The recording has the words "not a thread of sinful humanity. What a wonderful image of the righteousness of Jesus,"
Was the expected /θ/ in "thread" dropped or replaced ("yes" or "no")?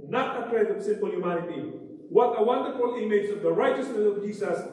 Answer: yes